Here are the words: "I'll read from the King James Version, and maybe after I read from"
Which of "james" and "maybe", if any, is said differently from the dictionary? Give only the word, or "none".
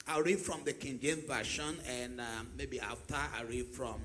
james